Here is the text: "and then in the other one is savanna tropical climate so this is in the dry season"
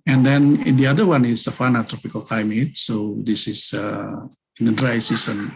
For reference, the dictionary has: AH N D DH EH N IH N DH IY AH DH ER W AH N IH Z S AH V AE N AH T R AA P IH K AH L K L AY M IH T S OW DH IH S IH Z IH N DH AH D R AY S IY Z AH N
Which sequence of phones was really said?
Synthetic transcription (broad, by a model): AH N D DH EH N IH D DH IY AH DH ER W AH N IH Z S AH F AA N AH T R AA P IH K AH L K L AY M IH T S OW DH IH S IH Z IH N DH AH D R AY S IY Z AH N